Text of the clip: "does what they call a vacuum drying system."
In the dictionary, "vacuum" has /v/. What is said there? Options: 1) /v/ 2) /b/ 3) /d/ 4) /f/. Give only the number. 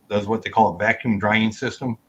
1